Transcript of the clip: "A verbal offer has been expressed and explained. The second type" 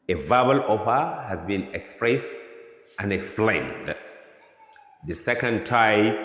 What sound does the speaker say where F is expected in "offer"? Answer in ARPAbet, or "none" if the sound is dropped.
P